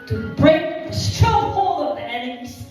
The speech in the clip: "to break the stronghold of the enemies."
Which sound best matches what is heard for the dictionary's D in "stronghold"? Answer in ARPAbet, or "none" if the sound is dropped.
none